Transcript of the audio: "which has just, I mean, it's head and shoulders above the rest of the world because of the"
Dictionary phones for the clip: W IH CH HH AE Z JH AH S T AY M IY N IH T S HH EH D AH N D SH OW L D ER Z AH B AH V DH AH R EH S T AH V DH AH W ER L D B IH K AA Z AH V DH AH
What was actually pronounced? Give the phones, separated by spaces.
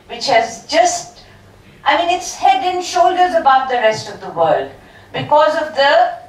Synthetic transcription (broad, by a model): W IH CH HH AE Z JH AH S T AY M IY N IH T S HH EH D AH N SH OW L D ER Z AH B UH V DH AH R EH S T AH V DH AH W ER L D B IH K AA Z AH V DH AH